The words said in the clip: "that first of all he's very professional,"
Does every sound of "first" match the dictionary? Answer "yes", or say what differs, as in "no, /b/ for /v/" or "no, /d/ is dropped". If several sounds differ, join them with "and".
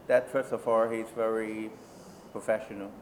no, /t/ is dropped